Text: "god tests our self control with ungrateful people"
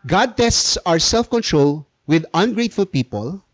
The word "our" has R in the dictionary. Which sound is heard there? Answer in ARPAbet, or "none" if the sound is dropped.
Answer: R